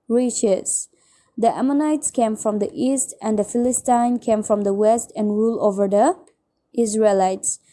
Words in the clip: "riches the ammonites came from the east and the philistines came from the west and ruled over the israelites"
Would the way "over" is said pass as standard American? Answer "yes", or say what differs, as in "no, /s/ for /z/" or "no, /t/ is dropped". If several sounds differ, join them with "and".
yes